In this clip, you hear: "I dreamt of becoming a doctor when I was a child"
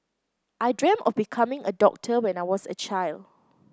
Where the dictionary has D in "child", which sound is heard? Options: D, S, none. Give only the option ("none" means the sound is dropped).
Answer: D